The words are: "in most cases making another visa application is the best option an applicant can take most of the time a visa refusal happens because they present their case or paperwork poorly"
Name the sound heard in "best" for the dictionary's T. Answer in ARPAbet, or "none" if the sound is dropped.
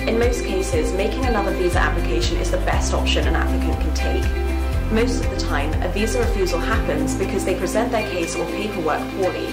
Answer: T